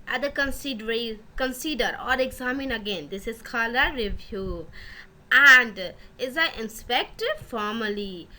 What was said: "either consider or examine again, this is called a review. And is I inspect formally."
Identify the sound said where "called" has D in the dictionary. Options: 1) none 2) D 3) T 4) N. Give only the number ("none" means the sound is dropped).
1